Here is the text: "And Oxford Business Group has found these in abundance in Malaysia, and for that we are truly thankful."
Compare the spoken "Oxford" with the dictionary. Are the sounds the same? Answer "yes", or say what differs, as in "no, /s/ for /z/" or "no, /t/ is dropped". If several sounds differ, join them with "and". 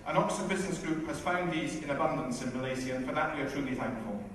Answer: no, /f/ is dropped